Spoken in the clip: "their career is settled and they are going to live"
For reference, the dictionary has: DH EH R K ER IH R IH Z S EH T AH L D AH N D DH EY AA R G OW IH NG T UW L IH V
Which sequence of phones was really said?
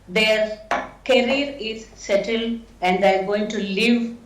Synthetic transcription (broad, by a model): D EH R K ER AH R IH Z S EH T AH L AH N D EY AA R G OW IH NG T UW L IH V